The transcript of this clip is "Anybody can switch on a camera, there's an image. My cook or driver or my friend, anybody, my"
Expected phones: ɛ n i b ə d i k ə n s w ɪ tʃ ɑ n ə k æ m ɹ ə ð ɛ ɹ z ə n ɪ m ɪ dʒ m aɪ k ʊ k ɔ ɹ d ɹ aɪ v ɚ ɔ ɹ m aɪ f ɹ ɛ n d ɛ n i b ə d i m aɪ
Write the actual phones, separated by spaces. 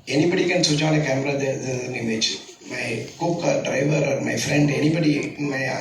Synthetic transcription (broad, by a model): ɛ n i b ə d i k ə n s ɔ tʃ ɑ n ə k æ m ɹ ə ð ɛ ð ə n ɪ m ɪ tʃ m aɪ k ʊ k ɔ ɹ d ɹ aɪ v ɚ ɔ ɹ m aɪ f ɹ ɛ n d ɛ n i b ə d i m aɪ